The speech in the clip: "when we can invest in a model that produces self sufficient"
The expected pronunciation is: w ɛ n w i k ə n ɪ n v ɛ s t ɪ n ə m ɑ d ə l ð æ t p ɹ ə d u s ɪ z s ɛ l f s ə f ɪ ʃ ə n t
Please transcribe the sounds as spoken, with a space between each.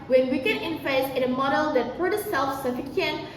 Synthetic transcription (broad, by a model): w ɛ n w i k ə n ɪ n f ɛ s ɪ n ə m ɑ d ə l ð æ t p ə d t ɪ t s ɛ l f s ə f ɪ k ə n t